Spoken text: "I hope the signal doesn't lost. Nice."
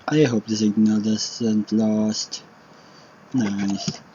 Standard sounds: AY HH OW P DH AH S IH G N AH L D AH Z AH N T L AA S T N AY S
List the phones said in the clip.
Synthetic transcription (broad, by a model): AY HH OW P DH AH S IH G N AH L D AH S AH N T L AA S T N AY S